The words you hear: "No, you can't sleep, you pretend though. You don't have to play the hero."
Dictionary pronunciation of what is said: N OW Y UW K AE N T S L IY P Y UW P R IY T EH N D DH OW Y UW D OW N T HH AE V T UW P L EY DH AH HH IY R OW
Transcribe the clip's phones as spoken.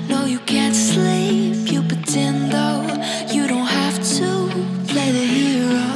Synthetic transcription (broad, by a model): N OW Y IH K AE N T S L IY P Y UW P IY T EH N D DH OW Y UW D OW N T HH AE F T UW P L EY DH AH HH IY R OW